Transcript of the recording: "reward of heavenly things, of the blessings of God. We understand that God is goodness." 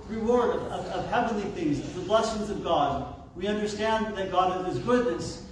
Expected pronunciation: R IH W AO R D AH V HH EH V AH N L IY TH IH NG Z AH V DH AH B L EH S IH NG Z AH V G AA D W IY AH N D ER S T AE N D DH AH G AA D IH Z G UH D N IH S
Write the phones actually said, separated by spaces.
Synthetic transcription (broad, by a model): R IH W AO R D AH V HH EH V AH N L IY TH IH NG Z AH DH AH B L EH S IH NG Z AH V G AA D W IY AH N D ER S T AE N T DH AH G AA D IH Z G UH D N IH S